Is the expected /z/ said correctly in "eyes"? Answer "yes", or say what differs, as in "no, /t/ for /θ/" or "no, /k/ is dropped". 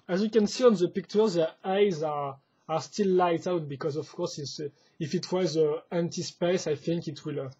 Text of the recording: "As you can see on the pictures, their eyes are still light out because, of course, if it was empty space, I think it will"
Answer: yes